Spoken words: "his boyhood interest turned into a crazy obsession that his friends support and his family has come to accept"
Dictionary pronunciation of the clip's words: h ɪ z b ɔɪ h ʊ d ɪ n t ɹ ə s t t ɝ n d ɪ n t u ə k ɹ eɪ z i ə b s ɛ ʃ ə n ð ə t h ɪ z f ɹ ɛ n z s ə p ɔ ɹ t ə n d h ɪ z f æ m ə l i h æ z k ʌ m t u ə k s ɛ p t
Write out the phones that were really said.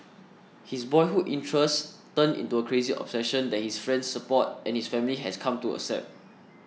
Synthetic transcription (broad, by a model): h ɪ s b ɔɪ h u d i n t ɹ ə s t t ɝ n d ɪ n t u ə k ɹ eɪ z i ə b s ɛ ʃ ə n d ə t h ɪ s f ɹ ɛ n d s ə p ɔ t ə n h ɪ s f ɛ m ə l i h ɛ s k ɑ m t u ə s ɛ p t